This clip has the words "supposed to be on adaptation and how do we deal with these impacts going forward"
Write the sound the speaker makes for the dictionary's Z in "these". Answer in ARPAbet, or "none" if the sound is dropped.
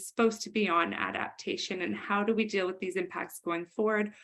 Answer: Z